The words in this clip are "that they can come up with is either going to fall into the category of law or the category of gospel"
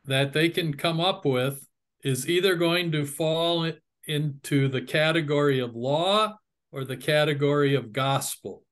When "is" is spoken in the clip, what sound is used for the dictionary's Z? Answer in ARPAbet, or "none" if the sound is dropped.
Z